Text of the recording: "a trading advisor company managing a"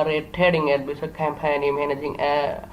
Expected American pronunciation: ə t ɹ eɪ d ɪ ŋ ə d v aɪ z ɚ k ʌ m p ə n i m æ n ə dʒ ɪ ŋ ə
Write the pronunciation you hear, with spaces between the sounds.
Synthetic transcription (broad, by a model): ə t eɪ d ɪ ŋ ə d b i s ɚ k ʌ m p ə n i m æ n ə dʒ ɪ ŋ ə